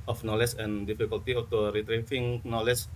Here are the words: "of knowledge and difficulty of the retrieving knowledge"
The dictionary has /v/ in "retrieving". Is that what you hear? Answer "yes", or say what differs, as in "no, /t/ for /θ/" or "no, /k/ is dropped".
no, /f/ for /v/